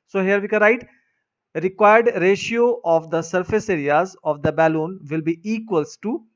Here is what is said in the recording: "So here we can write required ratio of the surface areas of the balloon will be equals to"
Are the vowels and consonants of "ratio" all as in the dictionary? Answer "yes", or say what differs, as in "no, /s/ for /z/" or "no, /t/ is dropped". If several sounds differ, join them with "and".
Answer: yes